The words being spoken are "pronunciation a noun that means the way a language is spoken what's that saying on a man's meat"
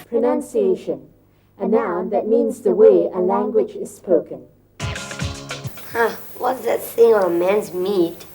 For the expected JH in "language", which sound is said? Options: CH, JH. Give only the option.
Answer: JH